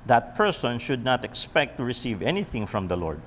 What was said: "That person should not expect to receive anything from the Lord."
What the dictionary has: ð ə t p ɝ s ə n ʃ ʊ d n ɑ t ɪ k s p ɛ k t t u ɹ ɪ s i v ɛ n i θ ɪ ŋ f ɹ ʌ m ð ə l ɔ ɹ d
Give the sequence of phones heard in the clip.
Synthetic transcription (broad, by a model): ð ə t p ɝ s ə n ʃ ʊ d n ɑ t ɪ k s p ɛ k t t u ɹ ɪ s i v ɛ n i θ ɪ ŋ f ɹ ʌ m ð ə l ɔ ɹ d